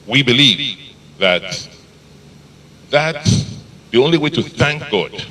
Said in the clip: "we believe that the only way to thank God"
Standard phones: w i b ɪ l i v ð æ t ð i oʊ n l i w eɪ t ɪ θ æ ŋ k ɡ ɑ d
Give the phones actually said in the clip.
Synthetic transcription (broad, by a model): w i b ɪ l i v ð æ t ð i oʊ n l i w eɪ t ɪ θ æ ŋ k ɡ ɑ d